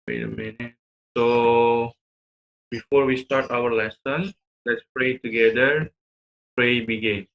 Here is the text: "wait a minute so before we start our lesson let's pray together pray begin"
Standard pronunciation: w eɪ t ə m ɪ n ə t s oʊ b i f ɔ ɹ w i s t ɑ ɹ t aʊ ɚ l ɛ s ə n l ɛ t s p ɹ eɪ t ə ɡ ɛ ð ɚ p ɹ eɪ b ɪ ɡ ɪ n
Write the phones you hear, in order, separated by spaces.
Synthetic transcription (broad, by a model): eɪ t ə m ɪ n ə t s oʊ b i f ɔ ɹ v i s t ɑ ɹ t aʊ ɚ l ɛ s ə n l ɛ t s p ɹ eɪ t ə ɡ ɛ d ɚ p ɹ eɪ b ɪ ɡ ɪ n